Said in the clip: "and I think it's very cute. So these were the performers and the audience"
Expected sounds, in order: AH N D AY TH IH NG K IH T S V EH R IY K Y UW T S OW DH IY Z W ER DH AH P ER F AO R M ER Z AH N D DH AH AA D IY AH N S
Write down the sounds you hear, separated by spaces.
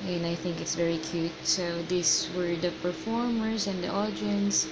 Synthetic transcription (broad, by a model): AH N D AY TH IH NG K IH T S V EH R IY K Y UW T S OW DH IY S W ER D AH P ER F AO R M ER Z AH N D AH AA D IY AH N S